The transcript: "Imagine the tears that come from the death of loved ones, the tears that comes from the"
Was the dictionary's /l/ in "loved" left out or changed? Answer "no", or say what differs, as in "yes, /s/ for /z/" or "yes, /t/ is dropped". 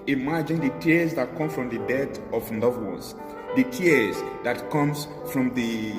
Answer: yes, /n/ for /l/